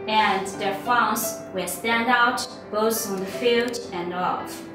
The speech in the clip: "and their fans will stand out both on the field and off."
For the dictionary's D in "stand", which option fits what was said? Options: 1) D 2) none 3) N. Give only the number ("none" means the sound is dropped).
1